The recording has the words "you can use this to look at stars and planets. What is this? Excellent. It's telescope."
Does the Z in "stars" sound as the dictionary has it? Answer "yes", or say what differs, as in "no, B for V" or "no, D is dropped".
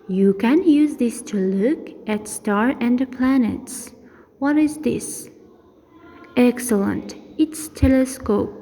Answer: no, Z is dropped